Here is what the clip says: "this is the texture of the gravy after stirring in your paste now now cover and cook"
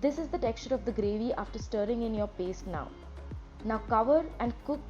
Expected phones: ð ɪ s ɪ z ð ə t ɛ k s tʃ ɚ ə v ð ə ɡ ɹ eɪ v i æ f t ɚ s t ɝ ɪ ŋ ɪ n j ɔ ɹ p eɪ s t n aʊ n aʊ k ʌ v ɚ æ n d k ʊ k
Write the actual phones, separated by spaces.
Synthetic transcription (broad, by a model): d ɪ s ɪ z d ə t ɛ k s tʃ ɚ ə v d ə ɡ ɹ eɪ v i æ f t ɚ s t ɝ ɪ ŋ ɪ n j ɔ ɹ p eɪ s t n aʊ n aʊ k ʌ v ɚ æ n d k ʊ k